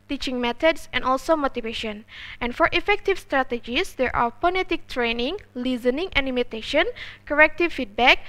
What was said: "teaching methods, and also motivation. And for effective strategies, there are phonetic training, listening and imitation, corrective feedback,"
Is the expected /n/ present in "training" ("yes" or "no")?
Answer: yes